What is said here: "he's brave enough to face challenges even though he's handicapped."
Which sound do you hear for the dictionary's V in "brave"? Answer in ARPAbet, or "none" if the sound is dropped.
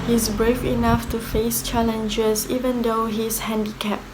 F